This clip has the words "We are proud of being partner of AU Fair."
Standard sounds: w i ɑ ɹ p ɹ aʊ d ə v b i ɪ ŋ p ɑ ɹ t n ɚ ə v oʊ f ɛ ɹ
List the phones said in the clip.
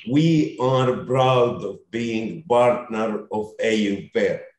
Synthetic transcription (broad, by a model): w i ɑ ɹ b ɹ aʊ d ə v b i ɪ ŋ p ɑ ɹ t n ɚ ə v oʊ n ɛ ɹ